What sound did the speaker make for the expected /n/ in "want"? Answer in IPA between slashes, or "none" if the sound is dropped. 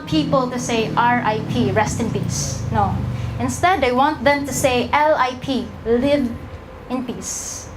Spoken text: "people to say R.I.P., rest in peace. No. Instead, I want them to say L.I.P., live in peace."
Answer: /n/